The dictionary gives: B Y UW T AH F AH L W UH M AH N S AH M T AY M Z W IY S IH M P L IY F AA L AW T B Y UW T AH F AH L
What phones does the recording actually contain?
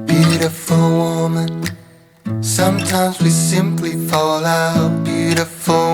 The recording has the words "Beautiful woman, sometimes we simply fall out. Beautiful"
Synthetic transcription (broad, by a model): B Y UW T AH F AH L W UH M AH N S AH M T AY M Z W IY S IH M P L IY F AA L AW T B Y UW T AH F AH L